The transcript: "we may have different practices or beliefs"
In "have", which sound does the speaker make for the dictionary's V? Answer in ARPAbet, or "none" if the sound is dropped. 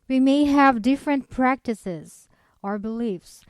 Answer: V